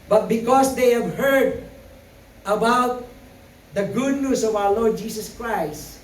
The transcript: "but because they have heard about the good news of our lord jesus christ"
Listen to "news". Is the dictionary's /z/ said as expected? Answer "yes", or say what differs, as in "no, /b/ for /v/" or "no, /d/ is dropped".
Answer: no, /s/ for /z/